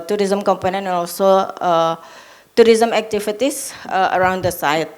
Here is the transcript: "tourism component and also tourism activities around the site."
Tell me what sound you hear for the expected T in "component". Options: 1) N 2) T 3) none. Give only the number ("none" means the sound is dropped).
3